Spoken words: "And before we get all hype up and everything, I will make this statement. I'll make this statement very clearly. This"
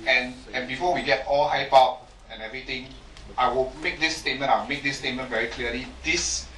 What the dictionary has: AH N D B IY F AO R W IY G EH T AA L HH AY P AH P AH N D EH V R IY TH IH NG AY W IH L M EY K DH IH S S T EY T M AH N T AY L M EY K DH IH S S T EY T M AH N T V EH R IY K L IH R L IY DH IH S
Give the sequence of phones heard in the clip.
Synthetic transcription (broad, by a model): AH N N B IY F AO W IY G EH T AA L HH AY P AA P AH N EH V R IY T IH NG AY W IH L M EY K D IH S S T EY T M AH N AY W M EY K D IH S S T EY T M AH N V EH R IY K L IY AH L IY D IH S